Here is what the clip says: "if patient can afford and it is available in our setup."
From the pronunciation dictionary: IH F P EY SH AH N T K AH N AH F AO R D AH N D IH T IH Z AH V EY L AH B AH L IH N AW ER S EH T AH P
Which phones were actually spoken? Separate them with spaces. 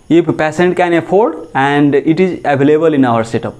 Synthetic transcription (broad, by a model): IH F P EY S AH N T K AH N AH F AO R D AH N D IH T IH Z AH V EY L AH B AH L IH N AW ER S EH T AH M